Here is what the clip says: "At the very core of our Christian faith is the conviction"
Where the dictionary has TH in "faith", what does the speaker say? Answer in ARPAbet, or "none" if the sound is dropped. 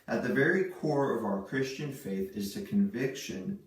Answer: TH